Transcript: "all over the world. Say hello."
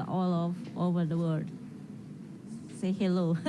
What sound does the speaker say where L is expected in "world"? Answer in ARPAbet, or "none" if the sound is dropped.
none